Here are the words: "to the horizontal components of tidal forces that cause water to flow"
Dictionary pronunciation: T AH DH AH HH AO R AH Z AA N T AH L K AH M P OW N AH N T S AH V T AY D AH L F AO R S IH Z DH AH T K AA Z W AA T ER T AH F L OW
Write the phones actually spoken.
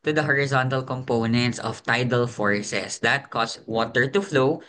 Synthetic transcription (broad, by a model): T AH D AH HH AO R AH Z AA N T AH L K AH M P OW N AH N T S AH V T AY D AH L F AO R S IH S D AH T K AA S W AA T ER T AH F L OW